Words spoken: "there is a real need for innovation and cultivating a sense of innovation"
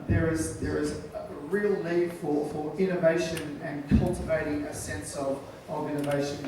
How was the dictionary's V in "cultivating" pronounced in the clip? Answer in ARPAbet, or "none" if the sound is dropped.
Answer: V